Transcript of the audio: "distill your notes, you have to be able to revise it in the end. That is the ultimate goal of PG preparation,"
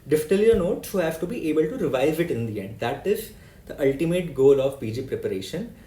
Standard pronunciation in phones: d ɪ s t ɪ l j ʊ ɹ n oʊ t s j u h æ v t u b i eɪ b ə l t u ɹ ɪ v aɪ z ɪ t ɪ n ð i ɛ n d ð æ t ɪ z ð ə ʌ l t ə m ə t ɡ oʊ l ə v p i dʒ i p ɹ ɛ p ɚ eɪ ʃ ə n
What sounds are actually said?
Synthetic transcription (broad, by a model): d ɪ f t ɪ l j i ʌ n oʊ t s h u h æ v t u b i eɪ b ə l t u ɹ ɪ v aɪ z ɪ t ɪ n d i ɛ n d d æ t ɪ z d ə ʌ l t ə m ə t ɡ oʊ l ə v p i dʒ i p ɹ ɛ p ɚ eɪ ʃ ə n